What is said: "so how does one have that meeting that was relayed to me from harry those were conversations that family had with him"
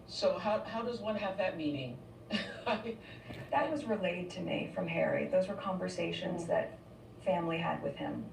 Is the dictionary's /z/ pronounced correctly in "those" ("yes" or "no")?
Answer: yes